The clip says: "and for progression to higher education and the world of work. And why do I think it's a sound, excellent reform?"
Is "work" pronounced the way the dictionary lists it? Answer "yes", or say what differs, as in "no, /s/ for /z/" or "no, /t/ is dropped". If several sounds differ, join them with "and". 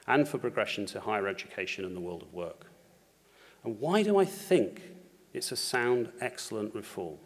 yes